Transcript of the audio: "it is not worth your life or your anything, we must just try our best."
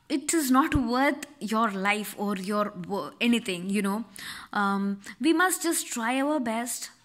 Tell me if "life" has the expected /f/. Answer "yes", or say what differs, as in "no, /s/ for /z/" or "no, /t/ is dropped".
yes